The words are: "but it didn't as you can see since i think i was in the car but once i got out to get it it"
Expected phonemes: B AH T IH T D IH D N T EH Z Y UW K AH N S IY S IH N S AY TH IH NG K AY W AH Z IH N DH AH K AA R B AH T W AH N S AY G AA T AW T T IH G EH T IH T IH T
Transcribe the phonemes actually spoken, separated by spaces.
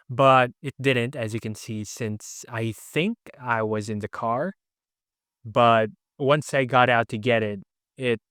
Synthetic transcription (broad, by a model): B AH T IH T D IH D N T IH Z Y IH K AH N S IY S IH N S AY TH IH NG K AY W AH Z IH N DH AH K AA R B AH T W AH N S AY G AA T AW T T IH G EH T IH T IH T